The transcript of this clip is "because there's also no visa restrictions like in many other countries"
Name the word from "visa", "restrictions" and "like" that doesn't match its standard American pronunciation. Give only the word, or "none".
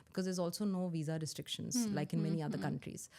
none